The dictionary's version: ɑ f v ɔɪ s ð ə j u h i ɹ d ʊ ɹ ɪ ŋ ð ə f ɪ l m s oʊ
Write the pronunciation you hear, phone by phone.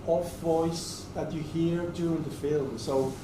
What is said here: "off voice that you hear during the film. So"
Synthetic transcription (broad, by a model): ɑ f v ɔɪ s ð ə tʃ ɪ h i ɹ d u ɪ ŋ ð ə f ɪ l m s oʊ